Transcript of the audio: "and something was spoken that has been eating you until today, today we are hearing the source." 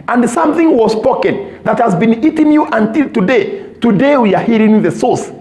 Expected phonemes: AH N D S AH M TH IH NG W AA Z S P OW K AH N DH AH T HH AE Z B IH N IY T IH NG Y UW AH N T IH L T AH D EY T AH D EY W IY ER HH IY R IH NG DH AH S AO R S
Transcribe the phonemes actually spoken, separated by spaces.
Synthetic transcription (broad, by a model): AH N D S AH M TH IH NG W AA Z S P OW K AH N DH AH T HH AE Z B IH N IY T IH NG Y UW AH N T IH L T AH D EY T AH D EY W IY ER HH IY R IH NG DH AH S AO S